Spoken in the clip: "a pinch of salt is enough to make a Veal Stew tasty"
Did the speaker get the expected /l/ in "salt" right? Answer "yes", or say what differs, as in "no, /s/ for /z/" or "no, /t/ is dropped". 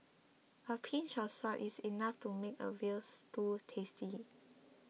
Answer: no, /l/ is dropped